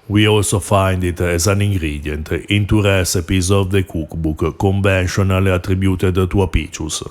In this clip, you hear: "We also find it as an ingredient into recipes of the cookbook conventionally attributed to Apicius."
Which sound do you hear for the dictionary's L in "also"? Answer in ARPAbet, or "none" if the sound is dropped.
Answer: L